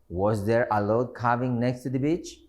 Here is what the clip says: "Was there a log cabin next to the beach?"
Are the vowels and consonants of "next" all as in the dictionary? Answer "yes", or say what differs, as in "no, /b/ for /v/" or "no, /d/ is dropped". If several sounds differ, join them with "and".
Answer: yes